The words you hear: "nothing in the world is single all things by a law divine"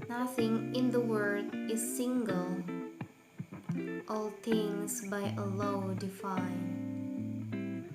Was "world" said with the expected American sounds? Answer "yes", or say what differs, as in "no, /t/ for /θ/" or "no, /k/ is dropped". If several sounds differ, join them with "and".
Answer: no, /l/ is dropped